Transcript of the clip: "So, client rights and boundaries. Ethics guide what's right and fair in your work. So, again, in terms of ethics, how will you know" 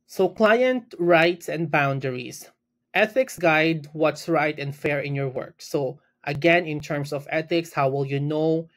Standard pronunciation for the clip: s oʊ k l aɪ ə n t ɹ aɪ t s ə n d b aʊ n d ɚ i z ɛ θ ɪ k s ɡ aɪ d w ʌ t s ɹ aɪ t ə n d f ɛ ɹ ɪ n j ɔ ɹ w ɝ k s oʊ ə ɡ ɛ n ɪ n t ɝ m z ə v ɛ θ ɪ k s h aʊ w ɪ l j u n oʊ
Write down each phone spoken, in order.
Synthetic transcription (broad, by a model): s oʊ k l aɪ ə n t ɹ aɪ t s ə n d b aʊ n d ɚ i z ɛ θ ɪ k s ɡ aɪ d w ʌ t s ɹ aɪ t ə n d f ɛ ɹ ɪ n j ɔ ɹ w ɝ k s oʊ ə ɡ ɛ n ɪ n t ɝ m s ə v ɛ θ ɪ k s h aʊ w ɪ l j u n oʊ